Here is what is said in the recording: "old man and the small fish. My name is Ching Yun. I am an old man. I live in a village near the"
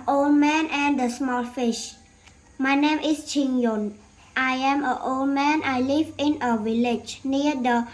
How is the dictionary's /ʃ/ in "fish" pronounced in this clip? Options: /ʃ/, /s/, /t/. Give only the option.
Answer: /ʃ/